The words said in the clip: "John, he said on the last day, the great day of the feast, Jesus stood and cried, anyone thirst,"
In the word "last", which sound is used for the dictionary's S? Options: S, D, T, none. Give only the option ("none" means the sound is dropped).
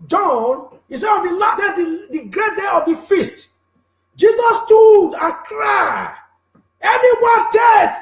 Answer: none